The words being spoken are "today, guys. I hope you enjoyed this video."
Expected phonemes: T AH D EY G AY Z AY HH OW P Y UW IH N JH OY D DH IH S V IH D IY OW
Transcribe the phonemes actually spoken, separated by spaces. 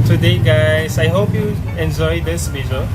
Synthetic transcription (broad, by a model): T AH D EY G AY S AY HH OW P Y UW IH N JH OY D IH S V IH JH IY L